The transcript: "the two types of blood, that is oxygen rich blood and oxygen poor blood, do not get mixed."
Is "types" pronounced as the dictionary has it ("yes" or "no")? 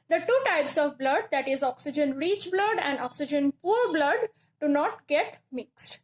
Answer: yes